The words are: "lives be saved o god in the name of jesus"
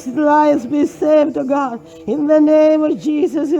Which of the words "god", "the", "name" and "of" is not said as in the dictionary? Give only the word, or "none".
none